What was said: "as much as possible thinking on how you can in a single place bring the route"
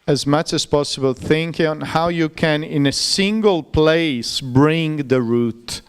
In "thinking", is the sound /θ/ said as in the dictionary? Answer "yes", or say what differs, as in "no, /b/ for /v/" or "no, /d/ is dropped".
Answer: yes